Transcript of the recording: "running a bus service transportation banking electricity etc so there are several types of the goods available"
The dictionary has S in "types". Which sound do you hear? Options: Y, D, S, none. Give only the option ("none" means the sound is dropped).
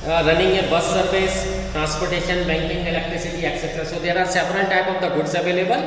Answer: none